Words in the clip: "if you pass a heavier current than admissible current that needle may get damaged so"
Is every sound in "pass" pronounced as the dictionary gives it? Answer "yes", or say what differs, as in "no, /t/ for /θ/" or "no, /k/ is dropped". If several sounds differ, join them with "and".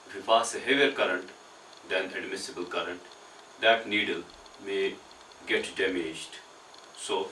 no, /f/ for /p/